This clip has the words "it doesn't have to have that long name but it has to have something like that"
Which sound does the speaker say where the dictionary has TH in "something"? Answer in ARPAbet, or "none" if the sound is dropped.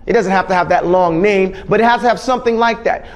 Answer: TH